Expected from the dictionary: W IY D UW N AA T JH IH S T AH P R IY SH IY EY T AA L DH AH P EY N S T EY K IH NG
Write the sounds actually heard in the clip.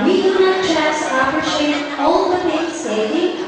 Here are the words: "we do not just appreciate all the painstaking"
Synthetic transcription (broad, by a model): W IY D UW N AA T CH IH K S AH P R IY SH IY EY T AA L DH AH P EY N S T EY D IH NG